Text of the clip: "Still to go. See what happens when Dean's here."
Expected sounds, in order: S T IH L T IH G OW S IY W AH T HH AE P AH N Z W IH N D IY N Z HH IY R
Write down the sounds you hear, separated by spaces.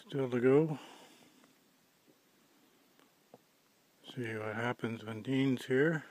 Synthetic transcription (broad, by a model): S T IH L T IH G OW S IY W AH T HH AE P AH N Z W IH N D IY N Z HH IY R